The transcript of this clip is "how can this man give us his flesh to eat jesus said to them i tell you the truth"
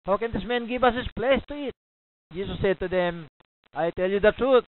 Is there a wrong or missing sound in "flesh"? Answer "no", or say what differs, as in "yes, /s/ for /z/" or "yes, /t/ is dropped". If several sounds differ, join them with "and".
yes, /s/ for /ʃ/